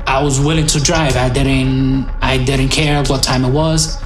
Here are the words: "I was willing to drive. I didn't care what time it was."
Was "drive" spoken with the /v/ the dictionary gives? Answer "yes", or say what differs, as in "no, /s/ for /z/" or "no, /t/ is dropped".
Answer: yes